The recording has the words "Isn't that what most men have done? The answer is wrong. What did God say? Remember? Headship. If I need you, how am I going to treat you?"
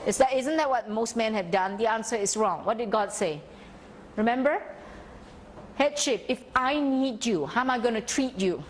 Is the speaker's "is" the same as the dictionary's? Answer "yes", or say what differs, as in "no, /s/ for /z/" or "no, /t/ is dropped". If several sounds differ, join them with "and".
no, /s/ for /z/